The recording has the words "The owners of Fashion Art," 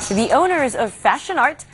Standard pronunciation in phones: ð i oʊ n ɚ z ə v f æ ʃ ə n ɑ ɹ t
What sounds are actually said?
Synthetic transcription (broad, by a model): ð i oʊ n ɚ z ə v f æ ʃ ə n ɑ ɹ t